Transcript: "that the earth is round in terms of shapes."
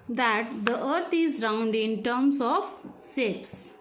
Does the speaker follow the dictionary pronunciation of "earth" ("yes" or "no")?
no